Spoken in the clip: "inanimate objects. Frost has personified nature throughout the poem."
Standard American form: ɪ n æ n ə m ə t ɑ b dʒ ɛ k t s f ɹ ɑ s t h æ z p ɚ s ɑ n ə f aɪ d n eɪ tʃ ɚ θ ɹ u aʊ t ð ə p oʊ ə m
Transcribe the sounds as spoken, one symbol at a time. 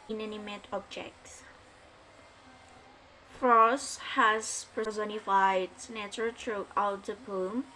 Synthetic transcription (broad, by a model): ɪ n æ n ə m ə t ɑ b dʒ ɛ k t s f ɹ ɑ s h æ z p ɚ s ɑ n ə f aɪ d n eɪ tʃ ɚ t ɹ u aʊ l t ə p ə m